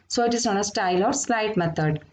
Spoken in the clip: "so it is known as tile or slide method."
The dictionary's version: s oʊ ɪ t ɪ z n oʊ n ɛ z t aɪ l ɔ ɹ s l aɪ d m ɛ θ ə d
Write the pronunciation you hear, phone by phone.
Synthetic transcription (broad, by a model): s oʊ ɪ t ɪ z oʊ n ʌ s t aɪ l ɔ ɹ s l aɪ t m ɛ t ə d